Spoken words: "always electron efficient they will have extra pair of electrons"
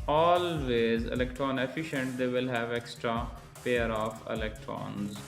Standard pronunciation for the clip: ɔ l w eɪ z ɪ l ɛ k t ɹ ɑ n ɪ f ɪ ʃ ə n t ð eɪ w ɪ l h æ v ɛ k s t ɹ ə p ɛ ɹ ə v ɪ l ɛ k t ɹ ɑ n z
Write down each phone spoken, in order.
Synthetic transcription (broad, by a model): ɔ l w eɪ z ɪ l ɛ k t ɹ ɑ n ɪ f ɪ ʃ ə n t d eɪ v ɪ l h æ v ɛ k s t ɹ ə p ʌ ɹ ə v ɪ l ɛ k t ɹ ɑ n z